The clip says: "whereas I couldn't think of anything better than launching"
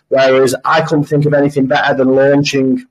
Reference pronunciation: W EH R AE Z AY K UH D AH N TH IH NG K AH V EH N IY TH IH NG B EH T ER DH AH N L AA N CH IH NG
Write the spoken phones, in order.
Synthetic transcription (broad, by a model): W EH R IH Z AY K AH N TH IH NG K AH V EH N IY TH IH NG B EH T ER DH AH N L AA N CH IH NG